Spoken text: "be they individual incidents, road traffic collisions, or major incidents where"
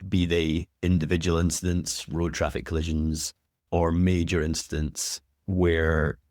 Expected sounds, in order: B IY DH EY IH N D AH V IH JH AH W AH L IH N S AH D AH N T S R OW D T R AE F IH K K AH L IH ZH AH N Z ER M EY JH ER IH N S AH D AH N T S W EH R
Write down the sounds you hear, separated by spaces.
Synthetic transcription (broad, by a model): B IY DH EY IH N D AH V IH JH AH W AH L IH N S AH D AH N T S R OW D T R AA F IH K K AH L IH ZH AH N Z ER M EY JH ER IH N S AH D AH N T S W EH R